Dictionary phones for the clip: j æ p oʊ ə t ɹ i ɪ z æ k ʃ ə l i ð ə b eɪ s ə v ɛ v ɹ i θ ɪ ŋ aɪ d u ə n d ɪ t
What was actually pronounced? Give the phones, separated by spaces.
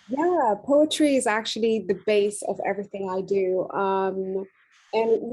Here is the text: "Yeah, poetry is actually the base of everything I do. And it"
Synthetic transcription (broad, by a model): j æ p oʊ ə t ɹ i ɪ z æ k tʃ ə l i ð ə b eɪ s ə v ɛ v ɹ i θ ɪ ŋ aɪ d u ə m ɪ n